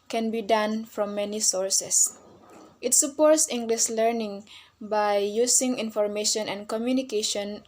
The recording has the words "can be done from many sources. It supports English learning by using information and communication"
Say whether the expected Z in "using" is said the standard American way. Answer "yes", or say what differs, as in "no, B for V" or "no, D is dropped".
no, S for Z